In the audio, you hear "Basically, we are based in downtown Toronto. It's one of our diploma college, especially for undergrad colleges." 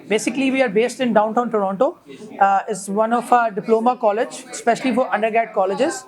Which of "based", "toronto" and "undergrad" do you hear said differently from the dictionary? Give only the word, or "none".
undergrad